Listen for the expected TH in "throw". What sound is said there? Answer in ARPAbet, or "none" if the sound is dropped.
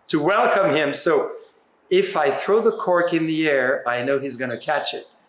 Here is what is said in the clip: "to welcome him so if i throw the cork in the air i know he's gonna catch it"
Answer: TH